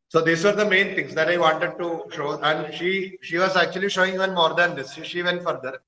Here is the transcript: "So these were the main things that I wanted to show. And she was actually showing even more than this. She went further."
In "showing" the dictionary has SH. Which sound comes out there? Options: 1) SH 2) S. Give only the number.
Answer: 1